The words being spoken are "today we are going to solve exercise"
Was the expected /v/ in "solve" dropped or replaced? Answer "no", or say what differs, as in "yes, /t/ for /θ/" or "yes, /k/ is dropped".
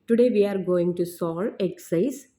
yes, /v/ is dropped